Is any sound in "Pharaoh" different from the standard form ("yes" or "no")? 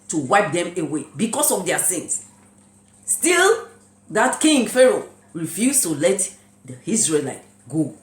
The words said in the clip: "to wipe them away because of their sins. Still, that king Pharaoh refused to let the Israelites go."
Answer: no